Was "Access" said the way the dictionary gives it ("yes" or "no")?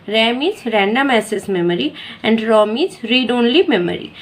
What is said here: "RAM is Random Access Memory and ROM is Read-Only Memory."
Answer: no